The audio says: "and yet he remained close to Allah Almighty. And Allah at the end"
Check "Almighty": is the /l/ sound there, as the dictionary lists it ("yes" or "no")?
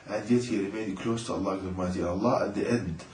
no